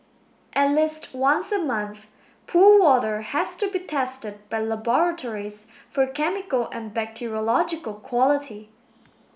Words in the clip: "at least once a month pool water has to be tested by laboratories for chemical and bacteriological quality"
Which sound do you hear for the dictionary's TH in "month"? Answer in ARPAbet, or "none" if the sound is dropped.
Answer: TH